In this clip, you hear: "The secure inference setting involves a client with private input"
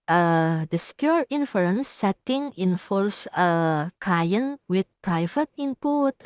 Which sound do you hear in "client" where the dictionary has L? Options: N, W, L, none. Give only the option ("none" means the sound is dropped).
none